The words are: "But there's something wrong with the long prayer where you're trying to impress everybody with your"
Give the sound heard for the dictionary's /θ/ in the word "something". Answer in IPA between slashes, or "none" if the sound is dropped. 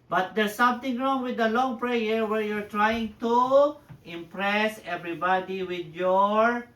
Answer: /t/